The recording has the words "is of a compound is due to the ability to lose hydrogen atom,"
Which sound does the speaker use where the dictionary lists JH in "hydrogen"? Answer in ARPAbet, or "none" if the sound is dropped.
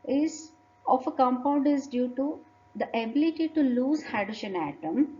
SH